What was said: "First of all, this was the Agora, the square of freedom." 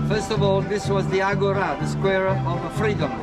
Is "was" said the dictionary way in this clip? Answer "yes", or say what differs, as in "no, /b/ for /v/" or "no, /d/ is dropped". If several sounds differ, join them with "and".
yes